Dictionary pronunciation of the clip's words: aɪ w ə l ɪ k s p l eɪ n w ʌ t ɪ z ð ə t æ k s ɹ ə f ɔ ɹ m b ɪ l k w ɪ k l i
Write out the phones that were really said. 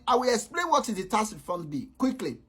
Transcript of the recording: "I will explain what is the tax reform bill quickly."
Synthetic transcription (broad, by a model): aɪ w ə l ɪ k s p l eɪ n w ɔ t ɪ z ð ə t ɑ s f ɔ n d b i k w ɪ k l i